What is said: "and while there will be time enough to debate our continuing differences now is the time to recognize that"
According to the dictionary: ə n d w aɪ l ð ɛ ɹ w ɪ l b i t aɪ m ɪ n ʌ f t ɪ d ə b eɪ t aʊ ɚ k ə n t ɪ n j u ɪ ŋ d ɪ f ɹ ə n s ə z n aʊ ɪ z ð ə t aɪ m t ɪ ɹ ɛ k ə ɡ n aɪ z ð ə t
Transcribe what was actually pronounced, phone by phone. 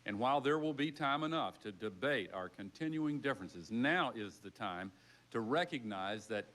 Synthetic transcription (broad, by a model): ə n w aɪ l ð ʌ ɹ w ɪ l b i t aɪ m ɪ n ʌ f t ɪ d ə b eɪ t aʊ ɚ k ə n t ɪ n j u ɪ ŋ d ɪ f ɹ ə n s ə z n aʊ ɪ z ð ə t aɪ m t ɪ ɹ ɛ k ə ɡ n aɪ z ð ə t